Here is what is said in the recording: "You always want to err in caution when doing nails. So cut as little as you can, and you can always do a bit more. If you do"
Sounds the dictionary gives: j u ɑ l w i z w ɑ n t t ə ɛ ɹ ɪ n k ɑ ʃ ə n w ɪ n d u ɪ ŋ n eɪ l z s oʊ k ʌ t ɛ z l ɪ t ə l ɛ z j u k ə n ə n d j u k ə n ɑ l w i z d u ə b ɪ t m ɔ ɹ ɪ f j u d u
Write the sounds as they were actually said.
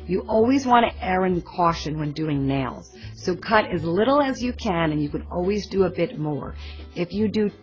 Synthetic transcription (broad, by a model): j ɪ ɑ l w i z w ɑ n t t ɛ ɹ ɪ n k ɑ ʃ ə n w ɪ n d u ɪ ŋ n eɪ l z s oʊ k ʌ t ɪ z l ɪ t l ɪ z j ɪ k ə n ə n j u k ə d ɑ l w i z d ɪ ə b ɪ t m ɔ ɹ ɪ f j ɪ d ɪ